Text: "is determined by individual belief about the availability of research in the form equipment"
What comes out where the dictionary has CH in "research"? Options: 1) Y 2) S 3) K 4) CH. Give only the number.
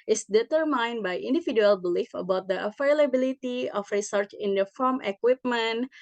4